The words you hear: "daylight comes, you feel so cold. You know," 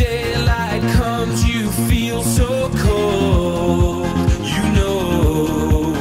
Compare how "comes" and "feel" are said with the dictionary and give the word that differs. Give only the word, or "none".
none